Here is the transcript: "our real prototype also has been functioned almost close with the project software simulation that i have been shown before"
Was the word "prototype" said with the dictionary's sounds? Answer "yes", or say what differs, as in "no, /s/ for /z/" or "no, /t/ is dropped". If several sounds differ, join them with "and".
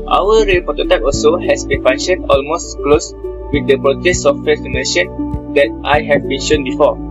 no, /ɹ/ is dropped